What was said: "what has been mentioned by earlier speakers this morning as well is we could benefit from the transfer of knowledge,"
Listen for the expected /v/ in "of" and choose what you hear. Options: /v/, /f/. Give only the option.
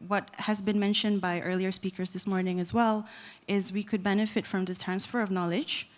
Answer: /v/